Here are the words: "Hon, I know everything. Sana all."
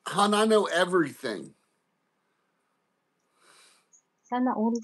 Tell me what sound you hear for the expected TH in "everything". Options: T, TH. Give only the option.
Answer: TH